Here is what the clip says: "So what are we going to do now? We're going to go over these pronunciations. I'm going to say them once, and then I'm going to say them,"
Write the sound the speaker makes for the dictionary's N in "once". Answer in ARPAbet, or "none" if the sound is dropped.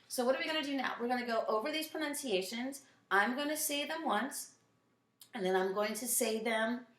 N